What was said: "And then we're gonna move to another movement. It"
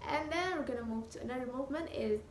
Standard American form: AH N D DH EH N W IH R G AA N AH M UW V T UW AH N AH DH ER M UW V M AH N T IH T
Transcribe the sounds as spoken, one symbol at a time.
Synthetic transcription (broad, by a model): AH N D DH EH N W IH R G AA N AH M UW V T UW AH N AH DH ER M UW V M AH N T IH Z